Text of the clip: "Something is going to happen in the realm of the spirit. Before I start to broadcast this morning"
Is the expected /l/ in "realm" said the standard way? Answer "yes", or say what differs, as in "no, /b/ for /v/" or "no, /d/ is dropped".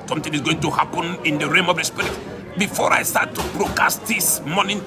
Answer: no, /l/ is dropped